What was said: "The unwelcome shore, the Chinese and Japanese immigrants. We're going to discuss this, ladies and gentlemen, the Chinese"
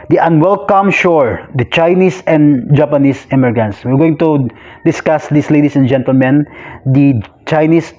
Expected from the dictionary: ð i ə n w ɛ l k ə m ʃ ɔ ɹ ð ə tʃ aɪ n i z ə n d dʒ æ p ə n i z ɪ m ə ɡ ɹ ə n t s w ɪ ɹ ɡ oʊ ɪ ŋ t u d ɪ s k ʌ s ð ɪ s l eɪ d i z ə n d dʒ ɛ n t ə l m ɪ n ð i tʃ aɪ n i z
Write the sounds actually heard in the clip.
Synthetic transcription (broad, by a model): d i ə n w ɛ l k ə m ʃ ɔ ɹ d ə tʃ aɪ n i s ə n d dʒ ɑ p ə n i s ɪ m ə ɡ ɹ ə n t s w ɪ ɹ ɡ oʊ ɪ ŋ t u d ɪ s k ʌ s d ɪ s l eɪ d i s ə n dʒ ɛ n t ə l m ɪ n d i tʃ aɪ n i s